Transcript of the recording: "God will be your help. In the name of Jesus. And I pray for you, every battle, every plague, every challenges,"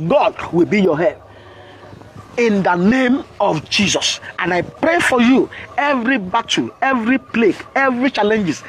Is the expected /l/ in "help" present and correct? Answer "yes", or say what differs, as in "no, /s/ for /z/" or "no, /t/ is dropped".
no, /l/ is dropped